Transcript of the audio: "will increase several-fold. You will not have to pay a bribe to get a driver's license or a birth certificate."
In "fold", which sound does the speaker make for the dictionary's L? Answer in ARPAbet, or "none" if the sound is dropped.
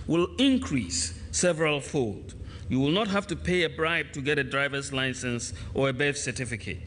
L